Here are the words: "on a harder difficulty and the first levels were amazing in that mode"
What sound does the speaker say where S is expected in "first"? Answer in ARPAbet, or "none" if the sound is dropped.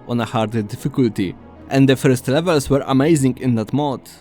S